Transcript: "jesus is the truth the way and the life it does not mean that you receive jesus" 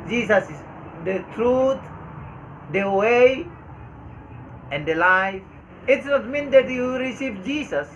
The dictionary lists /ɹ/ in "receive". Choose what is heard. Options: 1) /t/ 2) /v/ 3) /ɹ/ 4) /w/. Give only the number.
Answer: 3